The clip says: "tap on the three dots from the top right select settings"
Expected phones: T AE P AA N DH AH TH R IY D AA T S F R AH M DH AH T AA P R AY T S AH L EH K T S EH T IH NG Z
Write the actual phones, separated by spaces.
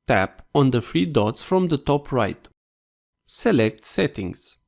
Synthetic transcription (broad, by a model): T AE P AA N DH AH F R IY D AA T S F R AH M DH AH T AA P R AY T S AH L EH K T S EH T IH NG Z